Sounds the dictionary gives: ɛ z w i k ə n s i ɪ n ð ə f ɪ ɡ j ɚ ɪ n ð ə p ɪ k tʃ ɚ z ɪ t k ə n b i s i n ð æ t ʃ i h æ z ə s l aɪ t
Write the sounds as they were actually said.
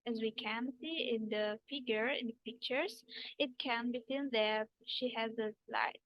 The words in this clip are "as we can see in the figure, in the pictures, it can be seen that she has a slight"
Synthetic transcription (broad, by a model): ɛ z w i k ə n s i ɪ n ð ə f ɪ ɡ j ɚ ɪ n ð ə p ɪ k tʃ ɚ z ɪ t k ə n b i θ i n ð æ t ʃ i h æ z ə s l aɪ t